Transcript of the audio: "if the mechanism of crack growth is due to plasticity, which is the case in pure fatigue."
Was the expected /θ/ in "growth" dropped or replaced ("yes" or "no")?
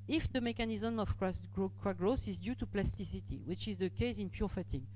yes